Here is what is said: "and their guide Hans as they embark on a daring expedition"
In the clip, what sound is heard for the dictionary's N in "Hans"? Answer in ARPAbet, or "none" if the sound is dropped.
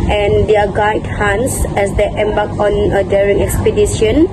N